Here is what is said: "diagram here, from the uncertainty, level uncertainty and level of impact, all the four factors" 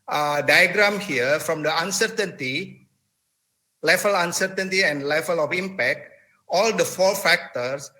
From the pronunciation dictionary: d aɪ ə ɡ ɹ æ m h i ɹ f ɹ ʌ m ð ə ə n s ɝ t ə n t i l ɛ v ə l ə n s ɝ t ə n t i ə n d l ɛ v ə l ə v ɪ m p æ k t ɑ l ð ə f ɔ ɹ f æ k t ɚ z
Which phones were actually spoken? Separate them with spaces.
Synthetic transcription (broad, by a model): d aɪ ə ɡ ɹ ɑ m h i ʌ f ɹ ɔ m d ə ə n s ɝ t ə n t i l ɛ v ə l ə n s ɝ t ə n t i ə n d l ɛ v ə l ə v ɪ m p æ k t ɑ l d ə f ɔ l f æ k t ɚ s